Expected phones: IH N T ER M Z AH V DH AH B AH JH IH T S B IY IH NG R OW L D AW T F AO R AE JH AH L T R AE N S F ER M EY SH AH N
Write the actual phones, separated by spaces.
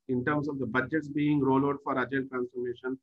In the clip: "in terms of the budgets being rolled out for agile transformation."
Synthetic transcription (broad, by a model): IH N T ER M S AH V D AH B AH JH IH T S B IY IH NG R OW L AO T F AO R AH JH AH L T R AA N S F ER M EY SH AH N